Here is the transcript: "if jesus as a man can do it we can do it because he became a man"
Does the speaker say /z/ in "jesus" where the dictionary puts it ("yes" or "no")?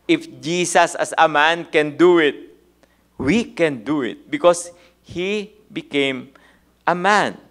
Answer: no